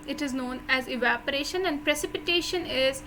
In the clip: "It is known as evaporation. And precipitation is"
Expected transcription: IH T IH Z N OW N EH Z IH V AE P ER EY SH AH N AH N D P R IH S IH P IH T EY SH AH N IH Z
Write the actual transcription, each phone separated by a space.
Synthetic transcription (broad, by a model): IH T IH Z N OW N EH Z IH V AE P ER EY SH AH N AH N D P R IH S IH P IH T EY SH AH N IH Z